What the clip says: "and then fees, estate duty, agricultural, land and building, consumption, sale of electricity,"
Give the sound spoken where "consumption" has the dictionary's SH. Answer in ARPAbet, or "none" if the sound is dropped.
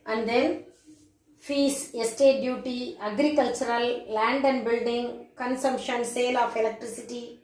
SH